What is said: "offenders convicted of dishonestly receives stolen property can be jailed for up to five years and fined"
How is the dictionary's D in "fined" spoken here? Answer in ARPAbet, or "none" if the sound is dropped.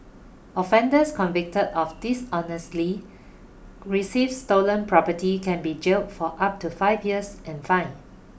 none